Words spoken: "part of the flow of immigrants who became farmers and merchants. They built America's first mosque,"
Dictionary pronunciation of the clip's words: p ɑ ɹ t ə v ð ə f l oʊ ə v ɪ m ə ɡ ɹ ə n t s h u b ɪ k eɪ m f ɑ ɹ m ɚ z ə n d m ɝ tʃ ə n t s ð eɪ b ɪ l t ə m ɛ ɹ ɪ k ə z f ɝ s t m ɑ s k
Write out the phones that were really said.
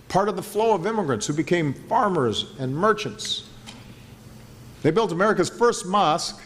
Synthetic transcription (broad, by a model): p ɑ ɹ t ə v ð ə f l oʊ ə v ɪ m ə ɡ ɹ ə n t s h u b ɪ k eɪ m f ɑ ɹ m ɚ z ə n m ɝ tʃ ə n t s ð eɪ b ɪ l t ə m ɛ ɹ ɪ k ə z f ɝ s t m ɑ s k